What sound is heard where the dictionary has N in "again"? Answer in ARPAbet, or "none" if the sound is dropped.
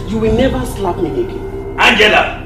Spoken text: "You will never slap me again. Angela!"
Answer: none